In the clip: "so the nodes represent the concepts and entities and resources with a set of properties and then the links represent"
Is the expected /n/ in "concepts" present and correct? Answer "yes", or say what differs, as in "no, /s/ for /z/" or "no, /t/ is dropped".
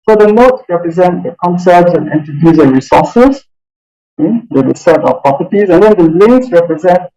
yes